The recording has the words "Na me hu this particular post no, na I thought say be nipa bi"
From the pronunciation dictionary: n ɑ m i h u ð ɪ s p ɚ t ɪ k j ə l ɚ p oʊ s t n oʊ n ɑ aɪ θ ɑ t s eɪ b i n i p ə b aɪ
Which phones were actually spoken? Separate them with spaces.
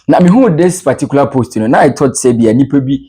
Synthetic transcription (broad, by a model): n ɑ m i h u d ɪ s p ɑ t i k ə l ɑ p oʊ s t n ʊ n ɑ aɪ t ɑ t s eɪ b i n i p ə b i